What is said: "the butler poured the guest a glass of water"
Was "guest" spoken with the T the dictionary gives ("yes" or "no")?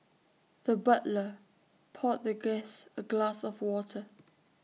no